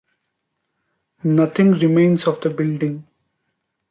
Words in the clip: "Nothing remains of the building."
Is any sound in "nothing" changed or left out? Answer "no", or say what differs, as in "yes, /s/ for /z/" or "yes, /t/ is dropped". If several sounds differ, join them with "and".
yes, /t/ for /θ/